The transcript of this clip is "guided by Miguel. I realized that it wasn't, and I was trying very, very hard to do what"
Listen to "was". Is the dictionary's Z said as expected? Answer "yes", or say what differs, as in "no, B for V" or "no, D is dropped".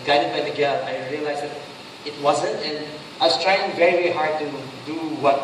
no, S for Z